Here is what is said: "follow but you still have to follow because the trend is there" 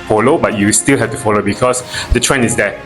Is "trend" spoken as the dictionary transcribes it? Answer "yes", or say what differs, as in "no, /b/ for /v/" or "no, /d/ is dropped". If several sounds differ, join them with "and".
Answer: no, /d/ is dropped